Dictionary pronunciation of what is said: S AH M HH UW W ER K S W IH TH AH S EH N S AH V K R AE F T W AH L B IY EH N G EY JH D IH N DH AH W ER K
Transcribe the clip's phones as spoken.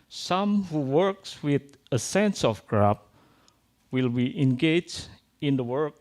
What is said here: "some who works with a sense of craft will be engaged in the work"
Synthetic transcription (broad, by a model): S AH M HH UW W ER K S W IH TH AH S EH N S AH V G R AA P W AH L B IY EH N G EY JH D IH N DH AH W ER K